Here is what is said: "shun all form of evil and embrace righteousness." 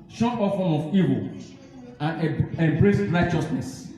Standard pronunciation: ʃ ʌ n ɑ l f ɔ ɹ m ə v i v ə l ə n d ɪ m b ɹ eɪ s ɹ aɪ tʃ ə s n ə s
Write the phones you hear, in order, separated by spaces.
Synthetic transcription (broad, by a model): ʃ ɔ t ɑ f ɔ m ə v i v ə l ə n ɪ m b ɹ eɪ s ɹ aɪ tʃ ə s n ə s